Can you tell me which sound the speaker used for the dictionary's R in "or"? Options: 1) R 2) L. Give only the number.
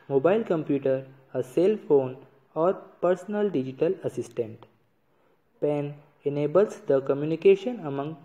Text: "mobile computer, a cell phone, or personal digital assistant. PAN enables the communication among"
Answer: 1